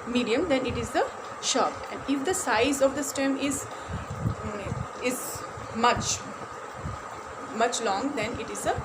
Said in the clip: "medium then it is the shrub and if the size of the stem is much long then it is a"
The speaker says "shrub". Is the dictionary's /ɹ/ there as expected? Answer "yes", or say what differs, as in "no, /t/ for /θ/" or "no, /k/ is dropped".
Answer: no, /ɹ/ is dropped